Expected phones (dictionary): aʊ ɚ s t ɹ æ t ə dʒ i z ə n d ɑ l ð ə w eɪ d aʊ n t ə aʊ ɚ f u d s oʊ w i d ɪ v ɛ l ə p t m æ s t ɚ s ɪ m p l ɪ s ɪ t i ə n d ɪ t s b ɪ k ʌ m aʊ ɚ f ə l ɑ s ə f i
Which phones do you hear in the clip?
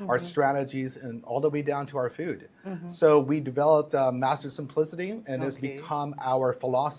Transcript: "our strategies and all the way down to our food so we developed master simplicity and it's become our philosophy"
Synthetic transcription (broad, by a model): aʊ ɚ s t ɹ æ t ə dʒ i z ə n ɑ l ð ə w eɪ d aʊ n t ə aʊ ɚ f u d s oʊ w i d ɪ v ɛ l ə p t m æ s t ɚ s ɪ m p l ɪ s ɪ t i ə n ɪ t s b ɪ k ʌ m aʊ ɚ f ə l ɑ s